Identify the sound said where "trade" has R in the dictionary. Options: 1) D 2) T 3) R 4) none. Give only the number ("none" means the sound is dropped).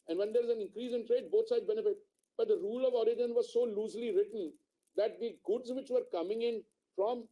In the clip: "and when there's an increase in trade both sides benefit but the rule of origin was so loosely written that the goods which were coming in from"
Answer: 3